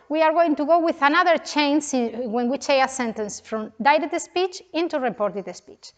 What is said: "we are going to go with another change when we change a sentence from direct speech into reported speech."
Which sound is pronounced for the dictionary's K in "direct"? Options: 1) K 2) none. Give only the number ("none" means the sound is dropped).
2